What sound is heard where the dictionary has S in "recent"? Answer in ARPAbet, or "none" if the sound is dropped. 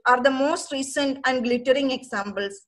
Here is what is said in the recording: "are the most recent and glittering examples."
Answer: S